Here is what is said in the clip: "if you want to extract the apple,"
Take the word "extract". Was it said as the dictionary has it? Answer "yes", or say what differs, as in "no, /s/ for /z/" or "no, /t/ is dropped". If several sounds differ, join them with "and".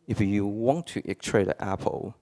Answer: no, /s/ is dropped and /k/ is dropped